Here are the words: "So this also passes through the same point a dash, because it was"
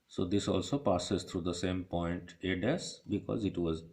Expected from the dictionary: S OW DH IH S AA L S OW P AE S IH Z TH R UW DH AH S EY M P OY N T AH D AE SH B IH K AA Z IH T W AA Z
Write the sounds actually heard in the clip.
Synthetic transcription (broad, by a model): S OW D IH S AA L S OW P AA S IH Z T R UW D AH S EY M P OY N T AH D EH S B IH K AA Z IH T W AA Z